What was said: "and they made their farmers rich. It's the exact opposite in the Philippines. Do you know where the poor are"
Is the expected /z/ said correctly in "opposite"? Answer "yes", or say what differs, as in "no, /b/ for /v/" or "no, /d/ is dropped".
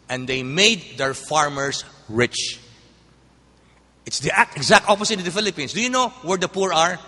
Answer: no, /s/ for /z/